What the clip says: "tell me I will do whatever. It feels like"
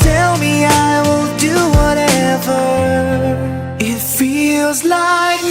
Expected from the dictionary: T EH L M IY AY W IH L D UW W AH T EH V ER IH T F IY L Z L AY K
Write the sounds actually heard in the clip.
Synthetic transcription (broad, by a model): EH L M IY AY W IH N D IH W AH T EH V ER IH T F IY L Z L AY K